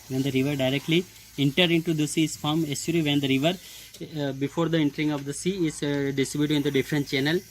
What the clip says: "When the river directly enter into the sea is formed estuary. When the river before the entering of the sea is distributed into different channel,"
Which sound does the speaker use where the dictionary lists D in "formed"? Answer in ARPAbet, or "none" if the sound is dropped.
none